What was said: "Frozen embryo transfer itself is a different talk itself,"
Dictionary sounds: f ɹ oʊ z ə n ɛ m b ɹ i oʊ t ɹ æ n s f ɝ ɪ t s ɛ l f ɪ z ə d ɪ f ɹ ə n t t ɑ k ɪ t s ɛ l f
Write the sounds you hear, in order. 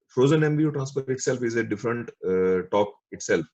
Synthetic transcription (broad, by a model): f ɹ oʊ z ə n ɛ m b i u t ɹ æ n s p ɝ ɪ t s ɛ l f ɪ z ə d ɪ f ɹ ə n t t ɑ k ɪ t s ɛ l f